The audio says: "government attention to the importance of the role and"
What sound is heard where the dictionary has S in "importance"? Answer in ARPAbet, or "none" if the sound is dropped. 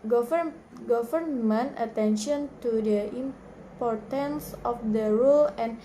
S